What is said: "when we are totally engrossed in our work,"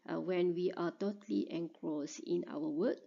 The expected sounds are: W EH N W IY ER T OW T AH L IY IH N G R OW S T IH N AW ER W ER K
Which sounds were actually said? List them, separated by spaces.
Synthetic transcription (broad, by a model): W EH N W IY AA T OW T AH L IY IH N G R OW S IH N AW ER W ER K